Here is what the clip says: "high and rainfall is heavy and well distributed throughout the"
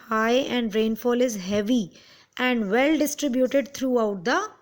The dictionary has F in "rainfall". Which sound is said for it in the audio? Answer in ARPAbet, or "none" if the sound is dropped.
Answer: F